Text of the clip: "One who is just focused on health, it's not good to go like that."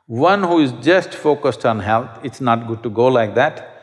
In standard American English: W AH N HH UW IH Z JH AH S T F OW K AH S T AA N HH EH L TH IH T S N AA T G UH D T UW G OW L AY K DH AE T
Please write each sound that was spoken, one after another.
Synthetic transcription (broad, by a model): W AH N HH UW IH Z JH AH S T F OW K AH S T AA N HH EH L T IH T S N AA T G UH D T UW G OW L AY K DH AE T